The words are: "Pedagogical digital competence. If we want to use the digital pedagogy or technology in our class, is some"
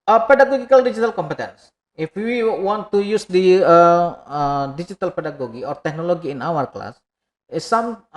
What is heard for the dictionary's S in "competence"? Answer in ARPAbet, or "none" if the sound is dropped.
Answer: S